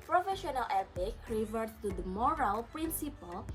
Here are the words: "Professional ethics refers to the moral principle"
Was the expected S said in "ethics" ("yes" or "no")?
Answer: no